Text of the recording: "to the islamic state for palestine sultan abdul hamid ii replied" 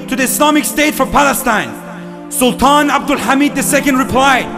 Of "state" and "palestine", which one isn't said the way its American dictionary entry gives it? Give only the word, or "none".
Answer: none